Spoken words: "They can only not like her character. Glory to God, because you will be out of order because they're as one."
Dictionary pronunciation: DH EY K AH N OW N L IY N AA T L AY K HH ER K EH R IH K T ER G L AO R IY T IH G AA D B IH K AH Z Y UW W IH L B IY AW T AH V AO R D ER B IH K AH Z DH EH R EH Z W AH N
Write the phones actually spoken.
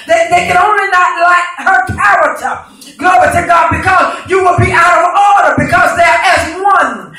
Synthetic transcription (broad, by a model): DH EY K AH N OW N L IY N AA T L AY K HH ER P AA IH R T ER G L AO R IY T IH G AA D B IH K AH Z Y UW W IH L B IY AW T AH V AO R D ER B IH K AH Z DH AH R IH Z W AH N